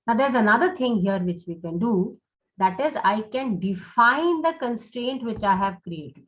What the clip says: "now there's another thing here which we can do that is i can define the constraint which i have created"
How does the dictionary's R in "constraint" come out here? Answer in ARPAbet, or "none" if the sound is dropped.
R